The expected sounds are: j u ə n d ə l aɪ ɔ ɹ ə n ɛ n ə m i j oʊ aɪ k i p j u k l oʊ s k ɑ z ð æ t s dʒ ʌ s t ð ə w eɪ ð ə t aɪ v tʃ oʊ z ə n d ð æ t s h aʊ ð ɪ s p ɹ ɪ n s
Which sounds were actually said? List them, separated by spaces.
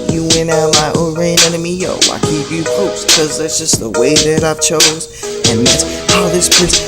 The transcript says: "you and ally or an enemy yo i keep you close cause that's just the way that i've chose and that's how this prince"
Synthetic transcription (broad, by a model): j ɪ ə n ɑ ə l aɪ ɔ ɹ ə n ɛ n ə m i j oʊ aɪ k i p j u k oʊ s k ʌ z ð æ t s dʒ ʌ s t ð ə w eɪ ð ə t aɪ v tʃ oʊ z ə n ð æ t s h aʊ ð ɪ s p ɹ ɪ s